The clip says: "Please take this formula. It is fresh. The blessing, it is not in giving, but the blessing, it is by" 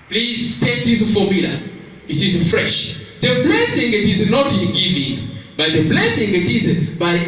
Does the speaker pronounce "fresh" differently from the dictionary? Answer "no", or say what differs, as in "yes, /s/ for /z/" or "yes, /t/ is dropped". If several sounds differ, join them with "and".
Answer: no